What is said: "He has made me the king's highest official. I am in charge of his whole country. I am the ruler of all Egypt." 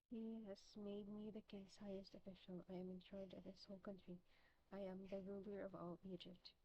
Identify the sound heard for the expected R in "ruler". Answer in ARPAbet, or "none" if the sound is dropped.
R